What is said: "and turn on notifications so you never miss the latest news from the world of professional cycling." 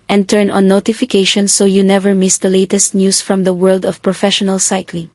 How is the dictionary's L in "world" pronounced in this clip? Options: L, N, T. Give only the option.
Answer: L